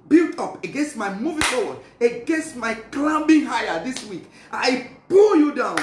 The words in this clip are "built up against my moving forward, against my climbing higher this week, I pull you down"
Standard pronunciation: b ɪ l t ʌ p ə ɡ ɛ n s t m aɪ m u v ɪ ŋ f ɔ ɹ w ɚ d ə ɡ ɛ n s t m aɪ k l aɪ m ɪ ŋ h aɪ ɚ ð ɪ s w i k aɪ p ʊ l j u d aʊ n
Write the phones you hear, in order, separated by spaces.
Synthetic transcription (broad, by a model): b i l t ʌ p ə ɡ ɛ n s t m aɪ m u v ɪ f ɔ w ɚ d ə ɡ ɛ n s t m aɪ k l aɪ m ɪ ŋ h aɪ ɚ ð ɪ s w i k aɪ b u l j u d aʊ n